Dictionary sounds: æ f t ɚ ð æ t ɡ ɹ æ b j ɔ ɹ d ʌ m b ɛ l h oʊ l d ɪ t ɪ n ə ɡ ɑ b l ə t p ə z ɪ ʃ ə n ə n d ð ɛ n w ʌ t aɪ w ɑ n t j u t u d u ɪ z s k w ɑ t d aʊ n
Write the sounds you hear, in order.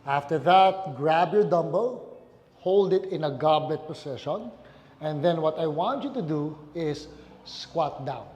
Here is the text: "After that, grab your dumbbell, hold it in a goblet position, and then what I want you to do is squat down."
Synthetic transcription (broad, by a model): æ f t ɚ ð æ t ɡ ɹ æ b j ɔ ɹ d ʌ m b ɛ l h oʊ l d ɪ t ɪ n ə ɡ ɑ b l ə t p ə s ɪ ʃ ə n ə n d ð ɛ n w ʌ t aɪ w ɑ n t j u t u d u ɪ s k w ɑ t d aʊ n